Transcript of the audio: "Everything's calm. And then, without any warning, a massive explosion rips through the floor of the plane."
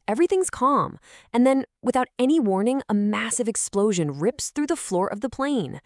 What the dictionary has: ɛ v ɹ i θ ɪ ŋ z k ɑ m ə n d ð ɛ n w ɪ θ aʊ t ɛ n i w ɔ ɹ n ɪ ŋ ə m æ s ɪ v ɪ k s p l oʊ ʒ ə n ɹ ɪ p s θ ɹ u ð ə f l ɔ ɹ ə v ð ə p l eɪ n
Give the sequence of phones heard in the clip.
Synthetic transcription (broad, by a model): ɛ v ɹ i θ ɪ ŋ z k ɑ m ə n ð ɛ n w ɪ θ aʊ t ɛ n i w ɔ ɹ n ɪ ŋ ə m æ s ɪ v ɪ k s p l oʊ ʒ ə n ɹ ɪ p s θ ɹ u ð ə f l ɔ ɹ ə v ð ə p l eɪ n